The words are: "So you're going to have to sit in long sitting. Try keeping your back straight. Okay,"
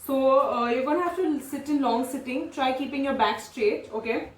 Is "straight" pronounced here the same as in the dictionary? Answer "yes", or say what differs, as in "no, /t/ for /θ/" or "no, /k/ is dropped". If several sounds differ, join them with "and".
yes